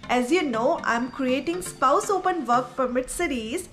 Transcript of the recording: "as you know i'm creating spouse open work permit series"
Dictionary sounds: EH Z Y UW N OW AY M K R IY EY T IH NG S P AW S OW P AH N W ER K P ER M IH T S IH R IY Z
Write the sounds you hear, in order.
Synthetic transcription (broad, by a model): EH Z Y UW N OW AY M K R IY EY T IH NG S P AW S OW P AH N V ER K F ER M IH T S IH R IY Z